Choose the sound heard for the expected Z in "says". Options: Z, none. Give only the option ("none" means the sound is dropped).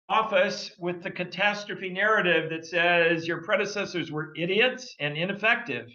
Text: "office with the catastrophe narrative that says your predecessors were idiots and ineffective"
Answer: Z